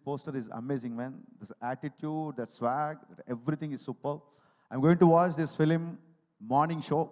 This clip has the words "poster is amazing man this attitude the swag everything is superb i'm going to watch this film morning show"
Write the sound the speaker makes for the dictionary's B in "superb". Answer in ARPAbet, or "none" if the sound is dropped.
none